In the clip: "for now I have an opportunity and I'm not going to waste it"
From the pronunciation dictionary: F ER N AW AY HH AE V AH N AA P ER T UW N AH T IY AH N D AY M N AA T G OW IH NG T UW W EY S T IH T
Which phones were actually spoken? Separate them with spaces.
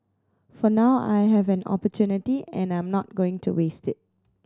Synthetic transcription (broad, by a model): F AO N AW AY HH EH V AH N AA P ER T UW N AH T IY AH N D AY M N AA T G OW IH NG T UW W EY S T IH T